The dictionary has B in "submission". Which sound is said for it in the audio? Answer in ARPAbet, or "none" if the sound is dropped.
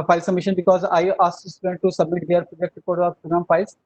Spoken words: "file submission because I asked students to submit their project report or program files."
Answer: none